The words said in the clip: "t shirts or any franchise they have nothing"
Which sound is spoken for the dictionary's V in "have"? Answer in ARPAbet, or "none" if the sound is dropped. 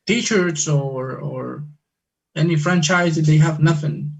V